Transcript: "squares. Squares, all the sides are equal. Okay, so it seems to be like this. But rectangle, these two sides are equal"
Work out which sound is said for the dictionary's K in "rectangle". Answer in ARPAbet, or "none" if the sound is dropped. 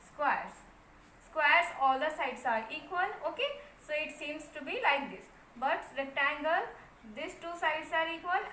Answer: none